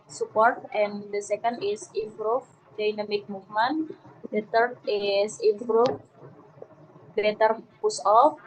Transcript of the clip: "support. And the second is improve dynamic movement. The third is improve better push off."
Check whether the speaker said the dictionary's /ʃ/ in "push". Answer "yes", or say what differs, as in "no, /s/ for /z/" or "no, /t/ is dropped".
no, /s/ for /ʃ/